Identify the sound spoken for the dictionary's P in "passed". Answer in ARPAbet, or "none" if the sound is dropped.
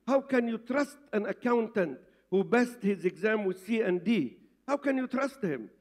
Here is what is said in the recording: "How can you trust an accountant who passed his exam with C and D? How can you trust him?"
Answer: B